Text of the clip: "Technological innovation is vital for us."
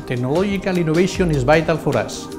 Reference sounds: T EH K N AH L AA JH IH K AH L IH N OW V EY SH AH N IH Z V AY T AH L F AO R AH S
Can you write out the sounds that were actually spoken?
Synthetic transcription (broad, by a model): T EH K N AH L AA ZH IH K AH L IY N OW B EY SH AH N IH Z B AY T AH L F AO R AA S